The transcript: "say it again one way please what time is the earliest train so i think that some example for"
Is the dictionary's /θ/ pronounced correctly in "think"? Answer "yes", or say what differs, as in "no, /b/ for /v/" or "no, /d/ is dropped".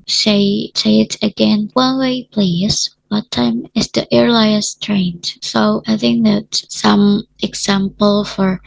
yes